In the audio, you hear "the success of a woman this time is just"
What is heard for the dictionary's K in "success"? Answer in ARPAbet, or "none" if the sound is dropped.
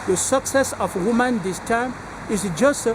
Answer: K